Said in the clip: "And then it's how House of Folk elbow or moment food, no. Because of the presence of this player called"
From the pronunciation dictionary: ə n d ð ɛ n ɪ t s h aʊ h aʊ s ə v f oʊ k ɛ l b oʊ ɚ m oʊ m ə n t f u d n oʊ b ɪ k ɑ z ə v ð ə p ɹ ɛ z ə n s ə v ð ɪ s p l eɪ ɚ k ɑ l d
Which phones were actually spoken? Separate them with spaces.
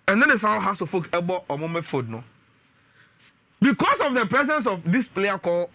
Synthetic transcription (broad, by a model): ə n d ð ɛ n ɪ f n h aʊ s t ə f oʊ k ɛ b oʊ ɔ m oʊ m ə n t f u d n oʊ b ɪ k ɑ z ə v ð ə p ɹ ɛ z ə n s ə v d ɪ s p l eɪ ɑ k ɑ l